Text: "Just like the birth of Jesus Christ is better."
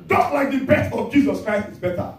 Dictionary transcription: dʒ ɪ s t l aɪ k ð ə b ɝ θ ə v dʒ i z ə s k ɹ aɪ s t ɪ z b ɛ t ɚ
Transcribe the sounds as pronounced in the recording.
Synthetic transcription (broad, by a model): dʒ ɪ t l aɪ k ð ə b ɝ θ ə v dʒ i z ə s k ɹ aɪ s t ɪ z b ɛ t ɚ